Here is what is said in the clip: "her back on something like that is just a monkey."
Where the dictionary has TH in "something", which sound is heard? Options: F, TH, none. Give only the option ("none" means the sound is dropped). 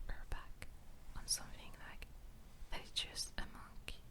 F